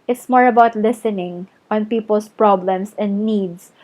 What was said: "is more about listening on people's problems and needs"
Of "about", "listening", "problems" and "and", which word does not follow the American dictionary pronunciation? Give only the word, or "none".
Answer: problems